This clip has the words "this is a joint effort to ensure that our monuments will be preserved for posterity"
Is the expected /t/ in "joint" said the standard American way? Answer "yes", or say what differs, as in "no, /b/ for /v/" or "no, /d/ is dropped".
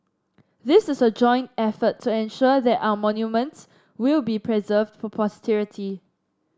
yes